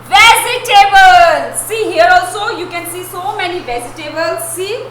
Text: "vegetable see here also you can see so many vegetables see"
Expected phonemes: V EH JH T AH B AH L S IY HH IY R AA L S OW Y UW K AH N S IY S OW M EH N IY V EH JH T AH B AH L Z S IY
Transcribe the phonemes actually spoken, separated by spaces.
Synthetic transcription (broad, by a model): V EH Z T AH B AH L S IY HH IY R AA L S OW Y UW K AH N S IY S OW M EH N IY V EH Z T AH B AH L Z S IY